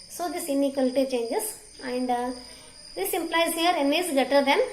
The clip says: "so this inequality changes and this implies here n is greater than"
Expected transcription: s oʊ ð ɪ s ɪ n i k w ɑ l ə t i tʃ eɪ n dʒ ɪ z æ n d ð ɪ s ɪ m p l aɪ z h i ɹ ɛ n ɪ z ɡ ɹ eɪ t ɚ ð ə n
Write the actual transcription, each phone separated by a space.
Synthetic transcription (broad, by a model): s oʊ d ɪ s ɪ n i k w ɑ l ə t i tʃ eɪ n dʒ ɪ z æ n d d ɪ s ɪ m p l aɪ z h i ɹ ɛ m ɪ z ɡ eɪ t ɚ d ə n